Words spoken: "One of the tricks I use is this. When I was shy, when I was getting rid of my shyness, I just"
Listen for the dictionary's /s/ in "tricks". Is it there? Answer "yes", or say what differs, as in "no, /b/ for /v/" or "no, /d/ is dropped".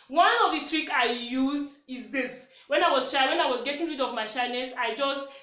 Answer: no, /s/ is dropped